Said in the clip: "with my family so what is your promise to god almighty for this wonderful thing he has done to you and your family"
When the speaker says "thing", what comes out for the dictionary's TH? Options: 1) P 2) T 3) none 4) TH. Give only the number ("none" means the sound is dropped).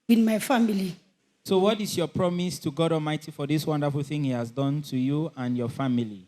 4